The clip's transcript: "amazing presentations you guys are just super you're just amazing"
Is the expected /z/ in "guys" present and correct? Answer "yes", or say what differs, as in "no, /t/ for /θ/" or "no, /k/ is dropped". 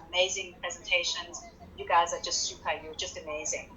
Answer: yes